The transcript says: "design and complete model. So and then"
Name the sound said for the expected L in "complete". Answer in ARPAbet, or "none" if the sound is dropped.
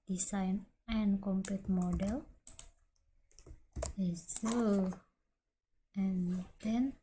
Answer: none